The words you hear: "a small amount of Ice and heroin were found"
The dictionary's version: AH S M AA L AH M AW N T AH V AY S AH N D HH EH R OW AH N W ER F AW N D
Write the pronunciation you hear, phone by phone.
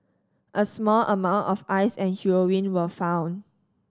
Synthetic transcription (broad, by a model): AH S M AA L AH M AW N T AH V AY S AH N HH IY R OW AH N W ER F AW N